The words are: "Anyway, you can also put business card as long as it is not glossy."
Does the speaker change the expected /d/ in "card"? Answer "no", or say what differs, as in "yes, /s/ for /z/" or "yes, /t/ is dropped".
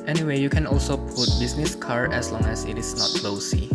yes, /d/ is dropped